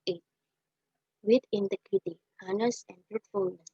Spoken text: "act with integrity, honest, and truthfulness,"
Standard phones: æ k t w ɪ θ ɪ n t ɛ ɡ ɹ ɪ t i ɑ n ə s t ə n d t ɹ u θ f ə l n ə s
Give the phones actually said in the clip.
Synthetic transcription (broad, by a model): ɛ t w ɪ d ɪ n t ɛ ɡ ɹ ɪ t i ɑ n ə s ə n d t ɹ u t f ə l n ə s